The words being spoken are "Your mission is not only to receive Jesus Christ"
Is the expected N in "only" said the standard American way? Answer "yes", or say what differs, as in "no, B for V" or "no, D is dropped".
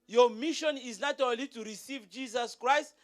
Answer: no, N is dropped